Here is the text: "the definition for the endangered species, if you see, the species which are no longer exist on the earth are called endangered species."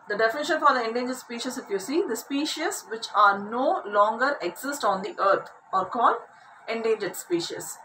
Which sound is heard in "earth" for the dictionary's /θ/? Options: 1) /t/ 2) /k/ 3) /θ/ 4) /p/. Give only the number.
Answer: 1